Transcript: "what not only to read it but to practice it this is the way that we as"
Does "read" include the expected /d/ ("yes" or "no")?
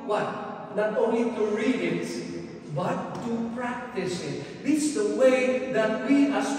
no